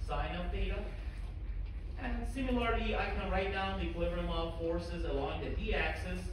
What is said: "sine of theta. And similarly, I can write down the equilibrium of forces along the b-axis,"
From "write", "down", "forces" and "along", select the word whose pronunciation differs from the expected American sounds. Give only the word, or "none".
none